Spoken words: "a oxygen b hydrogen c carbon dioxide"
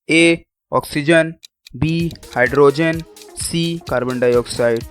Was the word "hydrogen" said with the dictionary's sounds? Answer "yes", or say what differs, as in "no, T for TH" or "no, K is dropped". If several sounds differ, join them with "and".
yes